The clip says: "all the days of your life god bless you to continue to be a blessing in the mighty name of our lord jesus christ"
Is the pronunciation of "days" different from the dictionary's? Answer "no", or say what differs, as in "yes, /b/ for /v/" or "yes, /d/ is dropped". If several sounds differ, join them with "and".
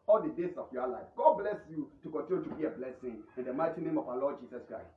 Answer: yes, /s/ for /z/